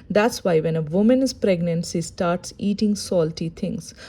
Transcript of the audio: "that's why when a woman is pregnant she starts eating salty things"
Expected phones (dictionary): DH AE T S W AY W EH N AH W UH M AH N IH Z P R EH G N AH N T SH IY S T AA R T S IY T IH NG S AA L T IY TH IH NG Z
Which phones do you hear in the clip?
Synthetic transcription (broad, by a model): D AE T S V AY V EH N AH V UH M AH N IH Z P R EH G N AH N T S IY S T AA R T S IY T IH NG S AA L T IY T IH NG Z